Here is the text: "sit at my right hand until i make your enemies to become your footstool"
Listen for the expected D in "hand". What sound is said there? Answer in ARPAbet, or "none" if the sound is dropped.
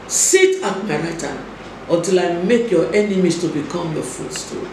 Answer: none